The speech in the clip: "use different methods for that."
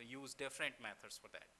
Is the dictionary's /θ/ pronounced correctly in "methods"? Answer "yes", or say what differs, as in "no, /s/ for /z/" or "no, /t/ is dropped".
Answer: no, /t/ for /θ/